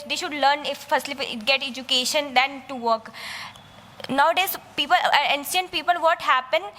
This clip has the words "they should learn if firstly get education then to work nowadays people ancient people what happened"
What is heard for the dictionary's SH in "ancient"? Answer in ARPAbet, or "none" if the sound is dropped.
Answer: S